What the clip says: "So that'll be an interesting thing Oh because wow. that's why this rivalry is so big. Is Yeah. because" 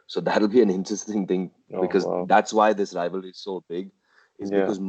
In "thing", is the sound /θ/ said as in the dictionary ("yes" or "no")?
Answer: yes